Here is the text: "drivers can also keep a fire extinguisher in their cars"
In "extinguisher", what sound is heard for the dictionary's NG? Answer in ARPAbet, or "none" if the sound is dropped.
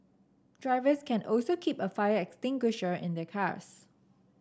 NG